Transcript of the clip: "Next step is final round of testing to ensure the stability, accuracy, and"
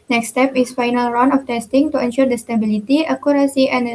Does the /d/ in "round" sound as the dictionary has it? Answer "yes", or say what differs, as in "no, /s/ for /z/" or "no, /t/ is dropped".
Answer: no, /d/ is dropped